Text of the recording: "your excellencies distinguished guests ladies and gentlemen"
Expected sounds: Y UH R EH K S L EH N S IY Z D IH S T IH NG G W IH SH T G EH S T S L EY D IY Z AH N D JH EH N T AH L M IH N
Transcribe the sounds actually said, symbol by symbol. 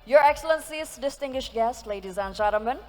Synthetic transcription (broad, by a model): Y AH R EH K S L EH N S IY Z D IH S T IH NG G W IH SH T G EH S T L EY D IY Z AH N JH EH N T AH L M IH N